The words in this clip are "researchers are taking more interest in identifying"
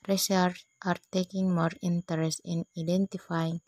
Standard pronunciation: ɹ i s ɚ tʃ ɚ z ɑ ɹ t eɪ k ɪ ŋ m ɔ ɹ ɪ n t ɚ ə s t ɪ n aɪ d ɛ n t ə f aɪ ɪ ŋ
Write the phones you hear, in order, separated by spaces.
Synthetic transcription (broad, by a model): ɹ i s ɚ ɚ ɑ ɹ t eɪ k ɪ ŋ m ɔ ɹ ɪ n t ɚ ə s t ɪ n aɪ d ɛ n t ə f aɪ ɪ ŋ